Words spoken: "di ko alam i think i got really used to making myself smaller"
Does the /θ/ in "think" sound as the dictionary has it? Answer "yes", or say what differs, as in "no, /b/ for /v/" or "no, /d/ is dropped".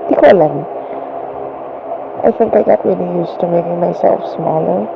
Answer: no, /f/ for /θ/